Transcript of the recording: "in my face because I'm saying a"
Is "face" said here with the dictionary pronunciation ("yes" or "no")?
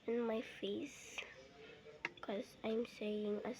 yes